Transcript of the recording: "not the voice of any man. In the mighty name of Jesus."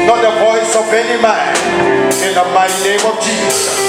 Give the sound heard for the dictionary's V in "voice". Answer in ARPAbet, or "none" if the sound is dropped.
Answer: P